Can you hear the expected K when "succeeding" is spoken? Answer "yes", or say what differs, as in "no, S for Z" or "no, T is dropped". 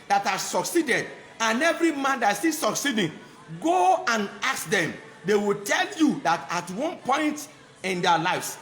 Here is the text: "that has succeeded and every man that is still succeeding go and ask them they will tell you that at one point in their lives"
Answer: yes